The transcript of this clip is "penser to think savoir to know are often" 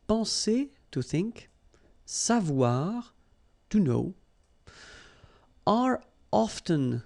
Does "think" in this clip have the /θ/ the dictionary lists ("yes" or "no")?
yes